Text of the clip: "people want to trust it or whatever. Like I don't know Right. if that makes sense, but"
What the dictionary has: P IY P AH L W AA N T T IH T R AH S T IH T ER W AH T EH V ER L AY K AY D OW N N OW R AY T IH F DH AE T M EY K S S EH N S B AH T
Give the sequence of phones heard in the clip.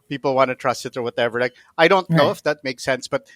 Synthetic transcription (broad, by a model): P IY P L W AA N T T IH T R AH S T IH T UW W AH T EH V ER L AY K AY D OW N N OW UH IH F DH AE T M EY K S S EH N S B AH T